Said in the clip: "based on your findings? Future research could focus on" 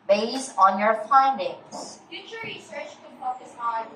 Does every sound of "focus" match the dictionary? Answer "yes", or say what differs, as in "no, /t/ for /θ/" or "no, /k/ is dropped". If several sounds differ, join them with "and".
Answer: no, /k/ is dropped